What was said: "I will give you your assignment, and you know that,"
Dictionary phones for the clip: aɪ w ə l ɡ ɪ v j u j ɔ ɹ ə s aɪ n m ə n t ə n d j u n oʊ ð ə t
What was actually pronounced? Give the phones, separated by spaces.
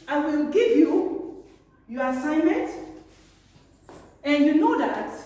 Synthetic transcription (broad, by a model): aɪ w ə l ɡ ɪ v j u j ɔ ɹ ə s aɪ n m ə n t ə n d j u n oʊ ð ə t